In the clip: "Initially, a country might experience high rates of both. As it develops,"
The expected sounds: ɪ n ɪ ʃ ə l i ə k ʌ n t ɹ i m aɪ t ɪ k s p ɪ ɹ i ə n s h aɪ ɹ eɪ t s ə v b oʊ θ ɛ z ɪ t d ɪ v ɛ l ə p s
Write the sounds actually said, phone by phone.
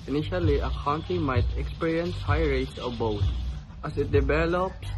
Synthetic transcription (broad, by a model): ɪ n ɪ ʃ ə l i ə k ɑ n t i m aɪ t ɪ k s p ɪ ɹ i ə n s h aɪ ɹ eɪ t s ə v b oʊ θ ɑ s ɪ t d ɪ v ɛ l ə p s